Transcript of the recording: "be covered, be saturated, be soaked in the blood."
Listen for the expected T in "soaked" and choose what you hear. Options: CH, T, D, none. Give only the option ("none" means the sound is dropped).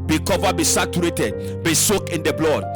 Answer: none